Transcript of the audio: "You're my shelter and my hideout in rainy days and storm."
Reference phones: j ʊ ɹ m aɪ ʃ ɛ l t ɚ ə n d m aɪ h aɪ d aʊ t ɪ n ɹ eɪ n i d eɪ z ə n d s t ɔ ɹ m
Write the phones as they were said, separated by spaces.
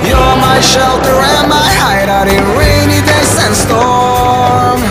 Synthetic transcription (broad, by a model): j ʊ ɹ m aɪ ʃ ɛ l t ɚ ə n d m aɪ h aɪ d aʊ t ɪ n ɹ eɪ n i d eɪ s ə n s t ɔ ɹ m